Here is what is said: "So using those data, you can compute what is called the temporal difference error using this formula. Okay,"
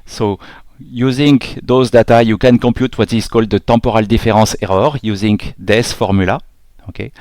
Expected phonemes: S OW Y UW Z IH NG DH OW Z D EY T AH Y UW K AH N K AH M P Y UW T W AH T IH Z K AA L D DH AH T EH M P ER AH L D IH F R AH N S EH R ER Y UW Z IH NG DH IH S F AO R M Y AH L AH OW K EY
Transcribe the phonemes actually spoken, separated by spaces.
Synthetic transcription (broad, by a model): S OW Y UW Z IH NG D OW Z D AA T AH Y UW K AH N K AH P Y UW T W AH T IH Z K AA L D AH T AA P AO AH L D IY F R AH S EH R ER Y UW Z IH NG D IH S F AO R M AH L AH OW K EY